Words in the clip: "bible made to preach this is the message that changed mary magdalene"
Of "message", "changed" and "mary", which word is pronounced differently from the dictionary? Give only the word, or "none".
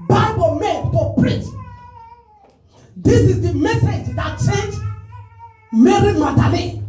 changed